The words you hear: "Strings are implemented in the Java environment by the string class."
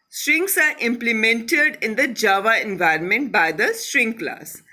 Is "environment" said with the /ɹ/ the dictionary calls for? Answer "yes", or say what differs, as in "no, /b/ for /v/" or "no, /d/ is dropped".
yes